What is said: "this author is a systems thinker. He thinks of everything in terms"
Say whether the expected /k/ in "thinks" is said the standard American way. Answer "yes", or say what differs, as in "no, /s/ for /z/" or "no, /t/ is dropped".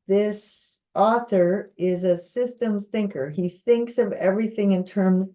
yes